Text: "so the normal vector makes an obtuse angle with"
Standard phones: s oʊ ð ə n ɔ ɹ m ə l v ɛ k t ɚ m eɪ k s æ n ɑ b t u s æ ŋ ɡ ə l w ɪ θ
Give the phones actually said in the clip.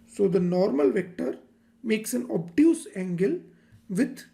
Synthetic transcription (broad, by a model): s oʊ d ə n ɔ ɹ m ə l v ɛ k t ɚ m eɪ k s æ n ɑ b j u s æ ŋ ɡ ə l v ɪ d